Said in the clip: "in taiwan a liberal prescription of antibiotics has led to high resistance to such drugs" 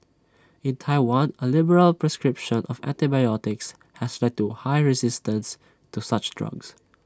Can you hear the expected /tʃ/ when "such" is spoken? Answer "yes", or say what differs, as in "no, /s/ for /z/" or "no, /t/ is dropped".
yes